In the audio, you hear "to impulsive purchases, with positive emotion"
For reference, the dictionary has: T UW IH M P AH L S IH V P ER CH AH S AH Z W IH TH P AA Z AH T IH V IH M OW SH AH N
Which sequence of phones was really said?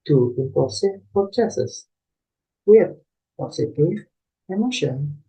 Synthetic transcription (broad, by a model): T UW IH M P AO S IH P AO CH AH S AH S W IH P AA S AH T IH IH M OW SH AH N